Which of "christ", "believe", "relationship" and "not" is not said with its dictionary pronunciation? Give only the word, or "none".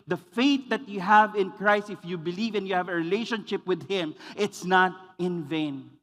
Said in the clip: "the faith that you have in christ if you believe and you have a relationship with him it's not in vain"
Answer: none